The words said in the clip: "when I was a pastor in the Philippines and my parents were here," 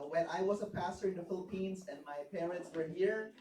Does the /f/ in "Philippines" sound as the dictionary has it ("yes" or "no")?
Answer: yes